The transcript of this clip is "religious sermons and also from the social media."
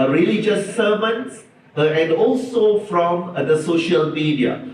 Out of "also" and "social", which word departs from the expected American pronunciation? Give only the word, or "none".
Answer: none